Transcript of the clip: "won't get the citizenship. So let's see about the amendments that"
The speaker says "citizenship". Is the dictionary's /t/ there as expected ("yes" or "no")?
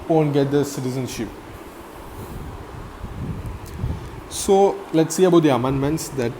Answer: yes